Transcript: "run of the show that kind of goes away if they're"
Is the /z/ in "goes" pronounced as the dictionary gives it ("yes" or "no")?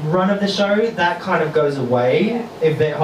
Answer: yes